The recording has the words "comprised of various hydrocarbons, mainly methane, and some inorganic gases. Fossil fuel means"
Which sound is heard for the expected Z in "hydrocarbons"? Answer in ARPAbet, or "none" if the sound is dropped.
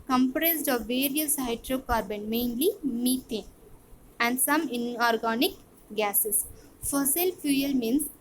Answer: none